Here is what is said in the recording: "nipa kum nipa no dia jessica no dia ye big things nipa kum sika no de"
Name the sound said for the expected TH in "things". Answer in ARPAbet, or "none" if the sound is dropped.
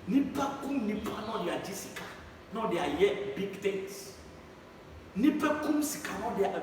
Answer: T